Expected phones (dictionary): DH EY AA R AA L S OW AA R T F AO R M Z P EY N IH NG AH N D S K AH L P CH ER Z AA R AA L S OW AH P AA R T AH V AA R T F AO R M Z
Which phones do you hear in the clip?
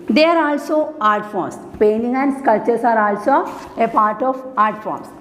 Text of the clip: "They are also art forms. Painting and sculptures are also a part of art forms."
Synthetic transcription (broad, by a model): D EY AA R AA L S OW AA R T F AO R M S P EY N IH NG AH N D S K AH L CH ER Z AA R AA L S OW AH P AA R T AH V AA R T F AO R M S